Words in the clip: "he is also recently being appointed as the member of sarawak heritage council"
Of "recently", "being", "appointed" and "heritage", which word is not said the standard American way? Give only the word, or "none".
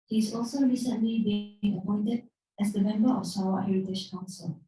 heritage